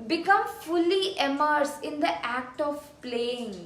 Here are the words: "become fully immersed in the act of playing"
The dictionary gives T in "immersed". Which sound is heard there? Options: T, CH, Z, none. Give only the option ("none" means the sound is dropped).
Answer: none